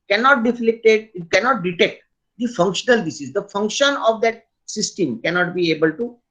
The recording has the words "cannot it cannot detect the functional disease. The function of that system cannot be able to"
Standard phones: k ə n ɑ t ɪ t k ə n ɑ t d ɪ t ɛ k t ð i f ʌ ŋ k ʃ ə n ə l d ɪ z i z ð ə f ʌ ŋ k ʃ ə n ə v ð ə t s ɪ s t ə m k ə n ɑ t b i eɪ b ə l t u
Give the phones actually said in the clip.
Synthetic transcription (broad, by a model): k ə n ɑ t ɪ t k ə n ɑ t d ɪ t ɛ k t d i f ʌ ŋ k ʃ ə n ə l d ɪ s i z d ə f ʌ ŋ k ʃ ə n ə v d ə t s ɪ s t ə m k ə n ɑ t b i eɪ b ə l t u